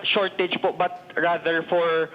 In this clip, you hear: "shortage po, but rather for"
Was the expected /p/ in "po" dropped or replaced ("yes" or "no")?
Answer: no